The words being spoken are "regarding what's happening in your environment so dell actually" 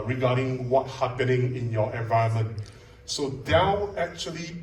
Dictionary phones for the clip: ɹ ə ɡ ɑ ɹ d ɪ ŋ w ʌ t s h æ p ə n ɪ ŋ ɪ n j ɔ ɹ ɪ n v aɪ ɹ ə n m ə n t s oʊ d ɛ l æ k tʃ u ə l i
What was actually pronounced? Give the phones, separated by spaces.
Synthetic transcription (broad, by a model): ɹ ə ɡ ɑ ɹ d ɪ ŋ w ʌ t h æ p ə n ɪ ŋ ɪ n j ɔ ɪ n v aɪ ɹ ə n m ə n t s oʊ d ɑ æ k tʃ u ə l i